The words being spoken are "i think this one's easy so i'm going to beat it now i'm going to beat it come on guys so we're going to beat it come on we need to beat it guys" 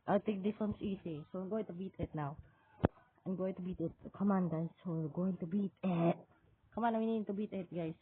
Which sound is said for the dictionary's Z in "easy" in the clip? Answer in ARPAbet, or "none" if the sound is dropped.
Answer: S